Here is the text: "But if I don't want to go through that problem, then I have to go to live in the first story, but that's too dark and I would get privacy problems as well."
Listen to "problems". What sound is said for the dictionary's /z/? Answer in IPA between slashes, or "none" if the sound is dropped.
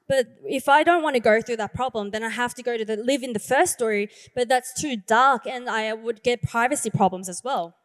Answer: /z/